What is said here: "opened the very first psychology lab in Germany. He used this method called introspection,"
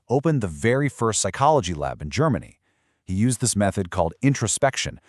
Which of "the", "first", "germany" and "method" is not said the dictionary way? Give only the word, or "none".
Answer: none